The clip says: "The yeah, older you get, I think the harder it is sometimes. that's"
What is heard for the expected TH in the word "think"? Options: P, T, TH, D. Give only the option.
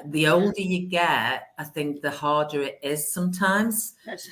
TH